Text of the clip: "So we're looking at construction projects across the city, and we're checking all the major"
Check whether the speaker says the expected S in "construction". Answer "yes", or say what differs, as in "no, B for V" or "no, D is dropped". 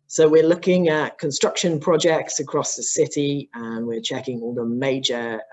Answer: yes